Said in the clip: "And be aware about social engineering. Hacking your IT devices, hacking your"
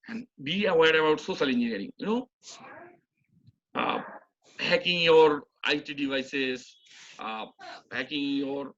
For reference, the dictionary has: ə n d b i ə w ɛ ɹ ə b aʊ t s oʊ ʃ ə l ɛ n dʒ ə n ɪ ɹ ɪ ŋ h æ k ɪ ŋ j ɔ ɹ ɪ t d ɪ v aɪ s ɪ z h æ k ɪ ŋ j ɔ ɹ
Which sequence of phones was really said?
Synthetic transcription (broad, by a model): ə n d b i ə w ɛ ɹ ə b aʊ t s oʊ s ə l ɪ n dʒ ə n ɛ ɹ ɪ ŋ h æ k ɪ ŋ j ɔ ɹ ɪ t d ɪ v aɪ s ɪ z h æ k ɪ ŋ j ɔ ɹ